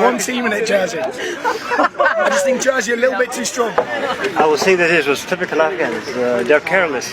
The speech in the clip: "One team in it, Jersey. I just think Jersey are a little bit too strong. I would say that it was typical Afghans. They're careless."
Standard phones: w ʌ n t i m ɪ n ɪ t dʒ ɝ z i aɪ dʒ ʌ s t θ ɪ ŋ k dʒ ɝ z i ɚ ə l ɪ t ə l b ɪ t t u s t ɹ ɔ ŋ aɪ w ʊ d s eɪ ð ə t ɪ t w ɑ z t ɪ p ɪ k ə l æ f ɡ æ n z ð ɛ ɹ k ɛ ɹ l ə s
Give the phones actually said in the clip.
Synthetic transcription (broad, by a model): w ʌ n t i m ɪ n ɪ t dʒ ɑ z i aɪ dʒ ʌ s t θ ɪ ŋ k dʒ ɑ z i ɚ ə l ɪ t l b ɪ t t u s t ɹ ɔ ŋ aɪ w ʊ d θ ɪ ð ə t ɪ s w ɑ z t ɪ p ɪ k ə l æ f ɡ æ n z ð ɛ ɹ k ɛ ɹ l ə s